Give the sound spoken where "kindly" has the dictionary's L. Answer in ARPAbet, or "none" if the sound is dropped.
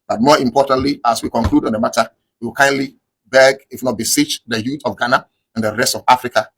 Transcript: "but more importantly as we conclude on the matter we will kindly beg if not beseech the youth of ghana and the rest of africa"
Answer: L